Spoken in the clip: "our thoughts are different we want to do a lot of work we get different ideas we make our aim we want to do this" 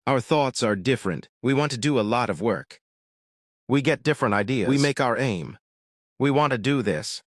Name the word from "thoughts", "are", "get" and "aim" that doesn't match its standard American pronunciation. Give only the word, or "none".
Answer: none